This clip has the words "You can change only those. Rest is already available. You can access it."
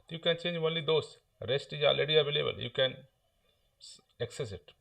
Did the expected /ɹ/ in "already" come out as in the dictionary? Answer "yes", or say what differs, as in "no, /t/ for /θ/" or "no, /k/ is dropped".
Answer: no, /ɹ/ is dropped